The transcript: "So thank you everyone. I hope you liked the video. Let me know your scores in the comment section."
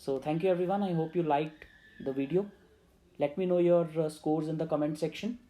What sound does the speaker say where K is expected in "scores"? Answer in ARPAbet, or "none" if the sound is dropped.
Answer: K